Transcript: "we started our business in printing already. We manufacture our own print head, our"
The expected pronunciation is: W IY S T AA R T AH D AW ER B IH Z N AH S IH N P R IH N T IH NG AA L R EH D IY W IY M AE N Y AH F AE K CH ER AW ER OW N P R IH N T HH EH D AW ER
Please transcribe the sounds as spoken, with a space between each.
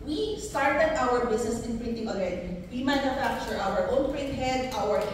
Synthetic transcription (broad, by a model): W IY S T AA R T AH D AW ER B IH S N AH S IH N P R IH N T IH NG AA L R EH D IY W IY M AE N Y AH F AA K CH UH AW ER OW N P R IH N T HH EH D AW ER